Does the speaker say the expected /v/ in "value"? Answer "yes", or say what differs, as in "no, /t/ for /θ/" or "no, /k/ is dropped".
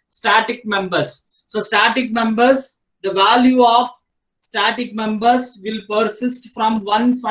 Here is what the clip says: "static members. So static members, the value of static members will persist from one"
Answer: yes